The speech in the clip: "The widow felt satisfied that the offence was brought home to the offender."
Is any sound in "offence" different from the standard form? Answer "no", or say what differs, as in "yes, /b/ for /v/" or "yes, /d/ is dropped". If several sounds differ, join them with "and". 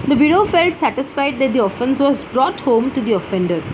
no